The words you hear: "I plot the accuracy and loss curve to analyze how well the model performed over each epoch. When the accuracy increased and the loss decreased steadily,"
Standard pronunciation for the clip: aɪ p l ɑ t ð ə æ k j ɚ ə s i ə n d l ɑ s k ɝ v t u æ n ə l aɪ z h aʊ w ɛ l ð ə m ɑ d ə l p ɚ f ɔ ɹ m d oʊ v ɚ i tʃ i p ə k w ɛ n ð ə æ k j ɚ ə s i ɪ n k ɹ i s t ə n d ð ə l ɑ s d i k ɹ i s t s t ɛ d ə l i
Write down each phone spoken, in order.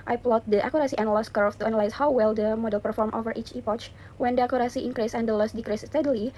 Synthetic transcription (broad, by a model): aɪ p l ɑ t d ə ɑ k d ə s i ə n l ɑ s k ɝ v t u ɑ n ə l aɪ s h aʊ w ɛ l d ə m ɑ d ə l p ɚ f ɔ ɹ m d oʊ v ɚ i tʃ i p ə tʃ w ɛ n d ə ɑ k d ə s i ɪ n k ɹ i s ə n d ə l ɑ s d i k ɹ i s s t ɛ d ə l i